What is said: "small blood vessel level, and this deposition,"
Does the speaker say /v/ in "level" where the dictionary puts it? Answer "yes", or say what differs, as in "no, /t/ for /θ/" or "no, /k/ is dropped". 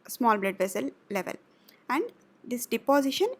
yes